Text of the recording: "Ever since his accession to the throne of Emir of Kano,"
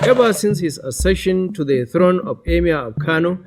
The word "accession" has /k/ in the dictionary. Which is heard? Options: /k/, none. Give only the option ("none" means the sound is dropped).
none